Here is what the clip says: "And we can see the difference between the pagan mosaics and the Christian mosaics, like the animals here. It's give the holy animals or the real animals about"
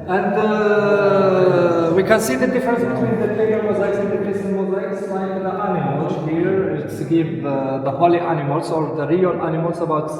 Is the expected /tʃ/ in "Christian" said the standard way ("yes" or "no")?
no